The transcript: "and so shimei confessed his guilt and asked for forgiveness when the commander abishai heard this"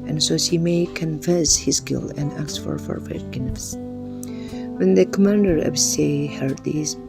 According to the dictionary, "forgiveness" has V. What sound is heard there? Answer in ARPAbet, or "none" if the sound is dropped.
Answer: none